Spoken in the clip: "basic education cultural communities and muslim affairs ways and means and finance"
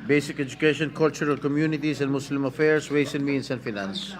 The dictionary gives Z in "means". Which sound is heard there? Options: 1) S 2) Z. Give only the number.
1